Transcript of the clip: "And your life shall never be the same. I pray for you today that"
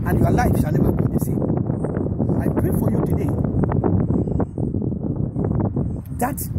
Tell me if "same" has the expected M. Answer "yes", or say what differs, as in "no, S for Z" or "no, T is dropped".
no, M is dropped